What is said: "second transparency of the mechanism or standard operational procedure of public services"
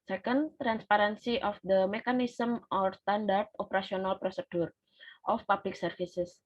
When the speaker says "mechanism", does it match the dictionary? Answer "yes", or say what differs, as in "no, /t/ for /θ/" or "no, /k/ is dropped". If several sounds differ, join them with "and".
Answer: no, /s/ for /z/